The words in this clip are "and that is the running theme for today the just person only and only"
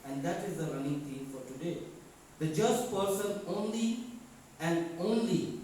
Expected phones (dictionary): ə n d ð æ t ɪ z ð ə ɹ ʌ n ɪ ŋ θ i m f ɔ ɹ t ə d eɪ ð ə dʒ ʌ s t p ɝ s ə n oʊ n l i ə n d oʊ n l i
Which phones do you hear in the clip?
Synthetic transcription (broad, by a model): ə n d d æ t ɪ z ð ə ɹ ʌ n ɪ ŋ t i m f ɔ ɹ t ə d eɪ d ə dʒ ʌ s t p ɝ s ə n oʊ n l i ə n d oʊ n l i